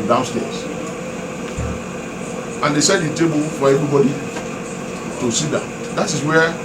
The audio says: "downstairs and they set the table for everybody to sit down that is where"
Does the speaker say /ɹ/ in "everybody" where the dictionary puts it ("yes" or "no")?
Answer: no